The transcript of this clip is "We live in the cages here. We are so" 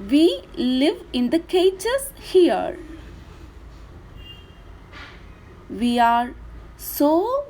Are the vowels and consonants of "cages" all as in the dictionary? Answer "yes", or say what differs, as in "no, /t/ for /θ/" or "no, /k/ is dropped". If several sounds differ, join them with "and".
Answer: no, /tʃ/ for /dʒ/